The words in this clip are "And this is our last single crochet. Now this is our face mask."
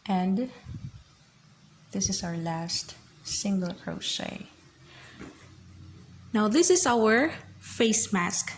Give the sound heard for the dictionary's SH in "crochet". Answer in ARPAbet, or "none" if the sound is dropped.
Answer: S